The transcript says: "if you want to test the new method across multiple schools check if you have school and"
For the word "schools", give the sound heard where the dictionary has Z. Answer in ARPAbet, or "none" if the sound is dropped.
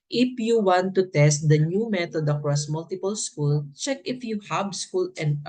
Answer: none